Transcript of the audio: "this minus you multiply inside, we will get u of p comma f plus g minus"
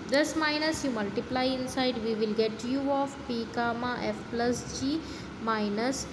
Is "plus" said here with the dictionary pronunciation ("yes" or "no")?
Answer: yes